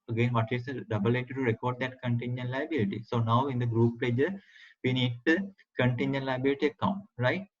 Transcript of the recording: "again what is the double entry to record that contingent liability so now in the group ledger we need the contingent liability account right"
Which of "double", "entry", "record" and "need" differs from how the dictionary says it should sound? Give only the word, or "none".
entry